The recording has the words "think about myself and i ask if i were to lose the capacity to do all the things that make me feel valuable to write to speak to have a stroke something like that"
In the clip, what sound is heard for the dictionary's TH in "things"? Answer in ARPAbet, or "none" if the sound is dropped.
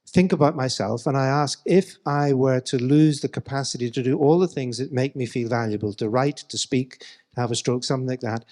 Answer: TH